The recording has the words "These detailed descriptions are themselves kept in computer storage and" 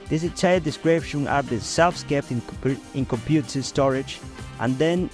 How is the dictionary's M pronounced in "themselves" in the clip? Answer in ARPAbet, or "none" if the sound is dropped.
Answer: none